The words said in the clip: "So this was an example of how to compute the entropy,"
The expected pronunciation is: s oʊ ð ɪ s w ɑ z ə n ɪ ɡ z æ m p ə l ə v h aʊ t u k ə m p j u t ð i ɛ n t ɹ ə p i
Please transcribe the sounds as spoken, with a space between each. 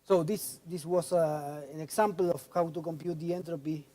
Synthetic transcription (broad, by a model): s oʊ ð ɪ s w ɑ s ə n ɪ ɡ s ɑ m p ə l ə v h aʊ t u k ə m p j u t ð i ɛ n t ɹ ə p i